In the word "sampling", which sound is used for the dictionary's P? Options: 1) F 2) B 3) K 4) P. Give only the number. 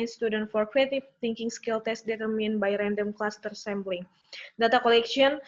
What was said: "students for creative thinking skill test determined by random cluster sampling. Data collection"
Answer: 2